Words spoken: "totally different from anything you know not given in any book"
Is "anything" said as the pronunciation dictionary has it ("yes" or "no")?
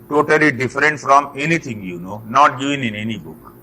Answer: no